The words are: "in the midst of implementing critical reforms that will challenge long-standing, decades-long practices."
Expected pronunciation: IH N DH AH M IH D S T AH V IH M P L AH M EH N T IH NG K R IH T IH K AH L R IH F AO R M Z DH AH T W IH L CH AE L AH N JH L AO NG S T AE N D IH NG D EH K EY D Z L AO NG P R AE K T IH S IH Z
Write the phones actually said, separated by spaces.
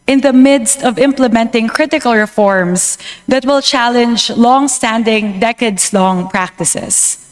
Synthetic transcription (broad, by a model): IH N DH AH M IH D S T AH V IH M P L AH M EH N T IH NG K R IH T IH K AH L R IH F AO R M S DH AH T W IH L CH AE L AH N JH L AO NG S T AE N D IH NG D EH K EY D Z L AO NG P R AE K T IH S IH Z